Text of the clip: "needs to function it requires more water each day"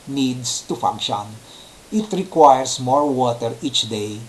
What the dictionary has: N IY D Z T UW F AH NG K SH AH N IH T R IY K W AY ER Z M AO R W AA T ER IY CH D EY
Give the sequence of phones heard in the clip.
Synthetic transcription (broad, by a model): N IY D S T UW F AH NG K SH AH N IH T R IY K W AY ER S M AO R W AA T ER IY CH D EY